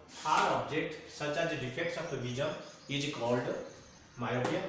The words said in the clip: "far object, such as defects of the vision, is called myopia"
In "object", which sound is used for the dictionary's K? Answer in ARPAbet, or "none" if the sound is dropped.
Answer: K